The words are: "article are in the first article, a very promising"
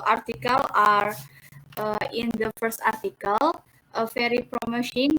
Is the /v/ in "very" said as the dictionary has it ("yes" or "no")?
no